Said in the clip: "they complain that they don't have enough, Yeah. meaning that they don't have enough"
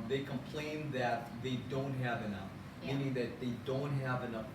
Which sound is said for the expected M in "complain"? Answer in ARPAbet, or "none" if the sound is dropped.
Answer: M